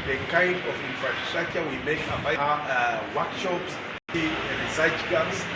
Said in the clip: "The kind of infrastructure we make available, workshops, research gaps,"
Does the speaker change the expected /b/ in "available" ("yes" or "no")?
yes